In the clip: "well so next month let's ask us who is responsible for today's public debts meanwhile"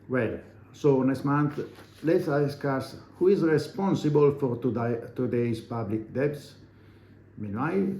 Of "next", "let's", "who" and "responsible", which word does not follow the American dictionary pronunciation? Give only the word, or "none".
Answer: next